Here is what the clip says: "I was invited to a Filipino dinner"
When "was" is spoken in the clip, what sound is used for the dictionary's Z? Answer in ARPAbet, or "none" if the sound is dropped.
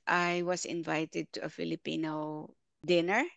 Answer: S